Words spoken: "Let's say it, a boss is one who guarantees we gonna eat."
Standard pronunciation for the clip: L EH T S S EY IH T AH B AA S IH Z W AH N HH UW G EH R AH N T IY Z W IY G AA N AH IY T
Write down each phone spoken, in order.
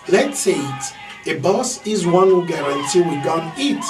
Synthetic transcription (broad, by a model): L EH T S S EY IH T AH B AA S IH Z W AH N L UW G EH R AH N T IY W IY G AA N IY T